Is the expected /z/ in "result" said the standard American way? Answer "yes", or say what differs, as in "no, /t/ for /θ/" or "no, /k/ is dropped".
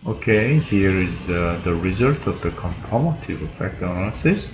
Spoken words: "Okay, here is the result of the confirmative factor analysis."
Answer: yes